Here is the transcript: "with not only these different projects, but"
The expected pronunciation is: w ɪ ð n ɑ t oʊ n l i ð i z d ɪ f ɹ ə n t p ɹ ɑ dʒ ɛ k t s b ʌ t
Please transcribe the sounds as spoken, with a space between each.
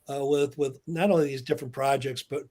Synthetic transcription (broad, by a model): w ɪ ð n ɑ t oʊ n l i ð i z d ɪ f ɹ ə n p ɹ ɑ dʒ ɛ k t s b ʌ t